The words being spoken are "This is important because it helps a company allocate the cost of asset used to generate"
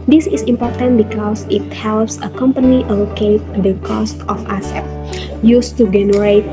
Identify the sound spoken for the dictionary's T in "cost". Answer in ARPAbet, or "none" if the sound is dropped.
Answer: T